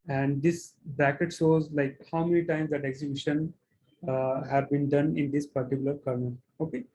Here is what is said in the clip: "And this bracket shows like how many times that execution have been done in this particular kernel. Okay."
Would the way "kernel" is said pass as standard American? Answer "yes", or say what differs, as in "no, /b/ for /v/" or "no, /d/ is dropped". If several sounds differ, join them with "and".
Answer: no, /n/ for /l/